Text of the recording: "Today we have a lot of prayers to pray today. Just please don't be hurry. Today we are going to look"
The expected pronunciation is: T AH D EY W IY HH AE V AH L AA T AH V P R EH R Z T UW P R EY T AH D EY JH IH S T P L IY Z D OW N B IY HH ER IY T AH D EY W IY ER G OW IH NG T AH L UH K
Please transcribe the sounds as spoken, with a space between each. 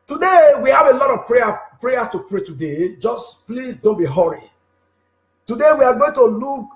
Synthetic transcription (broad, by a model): T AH D EY W IY HH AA V AH L AA T AH V P R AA R S T UW P R EY T AH D EY JH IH S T P L IY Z D OW N B IY HH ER IY T AH D EY W IY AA G OW IH NG T AH L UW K